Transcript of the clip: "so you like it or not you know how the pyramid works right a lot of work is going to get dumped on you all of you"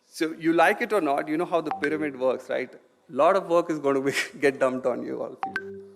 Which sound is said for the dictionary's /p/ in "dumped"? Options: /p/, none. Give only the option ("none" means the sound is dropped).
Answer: none